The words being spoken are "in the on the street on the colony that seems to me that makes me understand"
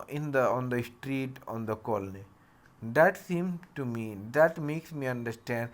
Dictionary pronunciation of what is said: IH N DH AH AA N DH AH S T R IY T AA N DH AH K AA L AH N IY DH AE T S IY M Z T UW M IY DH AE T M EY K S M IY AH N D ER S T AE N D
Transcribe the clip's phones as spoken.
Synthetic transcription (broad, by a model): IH N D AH AA N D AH S T R IY T AA N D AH K AA L AH N IY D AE T S IY M T UW M IY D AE T M EY K S M IY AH N D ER S T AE N D